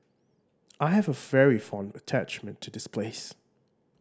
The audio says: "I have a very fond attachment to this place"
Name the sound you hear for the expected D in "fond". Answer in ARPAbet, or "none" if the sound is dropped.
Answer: D